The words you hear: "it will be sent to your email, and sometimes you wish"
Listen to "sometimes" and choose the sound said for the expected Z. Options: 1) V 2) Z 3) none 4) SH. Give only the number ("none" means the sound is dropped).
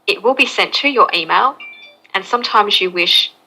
2